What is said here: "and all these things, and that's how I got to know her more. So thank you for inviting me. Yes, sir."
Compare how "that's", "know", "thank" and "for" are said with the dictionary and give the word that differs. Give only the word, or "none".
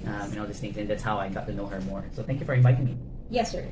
none